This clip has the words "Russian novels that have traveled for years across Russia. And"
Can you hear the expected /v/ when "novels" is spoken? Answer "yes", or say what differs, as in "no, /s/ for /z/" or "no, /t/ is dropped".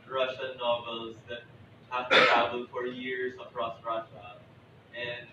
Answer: yes